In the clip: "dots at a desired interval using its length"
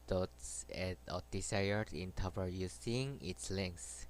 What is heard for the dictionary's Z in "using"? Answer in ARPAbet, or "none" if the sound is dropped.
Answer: S